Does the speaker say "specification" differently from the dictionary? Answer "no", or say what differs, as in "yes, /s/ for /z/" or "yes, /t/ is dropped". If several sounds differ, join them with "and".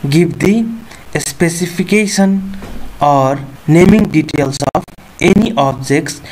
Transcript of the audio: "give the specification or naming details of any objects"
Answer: yes, /p/ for /f/